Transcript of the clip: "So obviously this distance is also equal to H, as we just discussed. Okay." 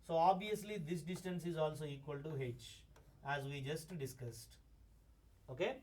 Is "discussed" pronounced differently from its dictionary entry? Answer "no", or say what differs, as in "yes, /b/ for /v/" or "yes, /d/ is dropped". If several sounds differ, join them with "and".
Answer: no